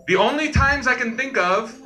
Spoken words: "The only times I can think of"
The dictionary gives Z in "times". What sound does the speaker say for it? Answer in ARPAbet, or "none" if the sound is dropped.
Z